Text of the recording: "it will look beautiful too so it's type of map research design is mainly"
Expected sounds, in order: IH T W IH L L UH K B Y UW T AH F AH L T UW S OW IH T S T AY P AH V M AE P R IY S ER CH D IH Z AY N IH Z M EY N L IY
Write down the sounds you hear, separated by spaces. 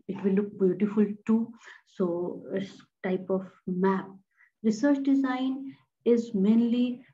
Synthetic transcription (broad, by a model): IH T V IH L L UH K B Y UW T AH F AH L T UW S OW IH T S T AY P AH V M AE P R IY S ER CH D IH Z AY N IH Z M EY N L IY